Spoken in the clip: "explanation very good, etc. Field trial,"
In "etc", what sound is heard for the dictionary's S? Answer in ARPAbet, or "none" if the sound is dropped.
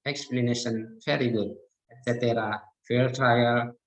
none